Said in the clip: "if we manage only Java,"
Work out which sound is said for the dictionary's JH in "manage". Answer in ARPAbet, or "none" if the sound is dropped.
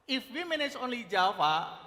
Z